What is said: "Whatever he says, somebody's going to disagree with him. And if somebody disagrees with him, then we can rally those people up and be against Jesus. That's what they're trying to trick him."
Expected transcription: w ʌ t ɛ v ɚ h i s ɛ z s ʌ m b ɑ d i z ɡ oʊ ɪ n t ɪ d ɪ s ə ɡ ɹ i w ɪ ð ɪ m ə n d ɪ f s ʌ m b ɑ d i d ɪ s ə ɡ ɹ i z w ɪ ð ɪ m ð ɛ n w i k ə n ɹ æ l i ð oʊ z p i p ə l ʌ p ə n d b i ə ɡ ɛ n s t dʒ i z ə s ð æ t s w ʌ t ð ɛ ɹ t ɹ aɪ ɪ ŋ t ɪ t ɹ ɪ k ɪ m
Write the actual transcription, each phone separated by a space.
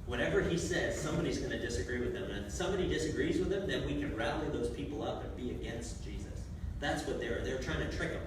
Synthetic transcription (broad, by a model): w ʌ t ɛ v ɚ i s ɛ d s ʌ m b ɑ d i z ɡ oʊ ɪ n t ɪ d ɪ s ə ɡ ɹ i w ɪ ð ɪ m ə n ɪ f s ʌ m b ɑ d i d ɪ s ə ɡ ɹ i z w ɪ ð ɪ m ð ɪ n w i k ə n ɹ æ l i ð oʊ z p i p l ʌ p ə n b i ə ɡ ɛ n s t dʒ i z ə s ð æ t s w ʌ t ð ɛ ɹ t ɹ aɪ ɪ ŋ t ɪ t ɹ ɪ k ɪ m